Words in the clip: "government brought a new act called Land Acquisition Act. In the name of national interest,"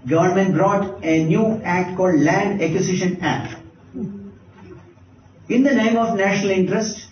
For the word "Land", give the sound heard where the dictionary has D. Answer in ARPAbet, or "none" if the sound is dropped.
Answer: D